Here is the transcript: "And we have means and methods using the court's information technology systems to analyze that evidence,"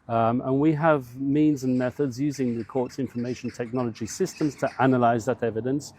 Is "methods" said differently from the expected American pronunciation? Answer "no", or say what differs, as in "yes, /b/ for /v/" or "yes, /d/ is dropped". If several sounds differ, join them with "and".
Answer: no